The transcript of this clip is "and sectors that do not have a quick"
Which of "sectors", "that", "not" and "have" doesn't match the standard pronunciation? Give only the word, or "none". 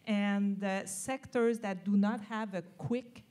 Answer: none